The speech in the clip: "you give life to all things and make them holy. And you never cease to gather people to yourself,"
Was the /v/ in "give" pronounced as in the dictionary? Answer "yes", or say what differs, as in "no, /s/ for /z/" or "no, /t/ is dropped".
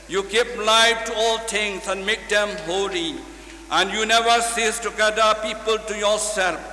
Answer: no, /p/ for /v/